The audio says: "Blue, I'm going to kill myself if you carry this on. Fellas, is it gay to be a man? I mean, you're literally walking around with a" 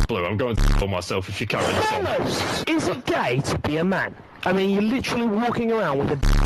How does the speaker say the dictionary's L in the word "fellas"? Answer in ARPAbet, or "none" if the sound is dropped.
none